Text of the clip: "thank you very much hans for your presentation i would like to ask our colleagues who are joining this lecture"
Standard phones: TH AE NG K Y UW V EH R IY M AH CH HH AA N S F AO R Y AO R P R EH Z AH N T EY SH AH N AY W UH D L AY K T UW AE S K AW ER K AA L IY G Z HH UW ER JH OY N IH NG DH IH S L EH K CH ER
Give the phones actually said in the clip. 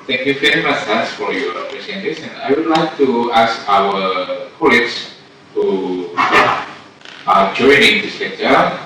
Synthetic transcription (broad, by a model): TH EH NG K Y UW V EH R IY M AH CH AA S F AO R Y AO R P R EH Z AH N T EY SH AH N AY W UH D L AY K T UW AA S K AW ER K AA L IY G S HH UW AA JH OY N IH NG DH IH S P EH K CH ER